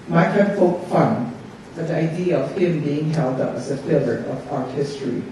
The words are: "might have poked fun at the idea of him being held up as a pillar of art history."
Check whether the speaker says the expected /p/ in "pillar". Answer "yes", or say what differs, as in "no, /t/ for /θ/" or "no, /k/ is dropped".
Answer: no, /f/ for /p/